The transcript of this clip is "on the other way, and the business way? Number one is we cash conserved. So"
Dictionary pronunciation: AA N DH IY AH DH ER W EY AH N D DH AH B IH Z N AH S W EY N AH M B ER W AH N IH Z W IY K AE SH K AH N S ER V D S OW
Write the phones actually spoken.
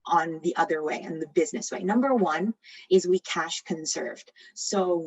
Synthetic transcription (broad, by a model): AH N DH IY AH DH ER W EY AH N DH AH B IH Z N AH S W EY N AH M B ER W AH N IH Z W IY K AE SH K AH N S ER V D S OW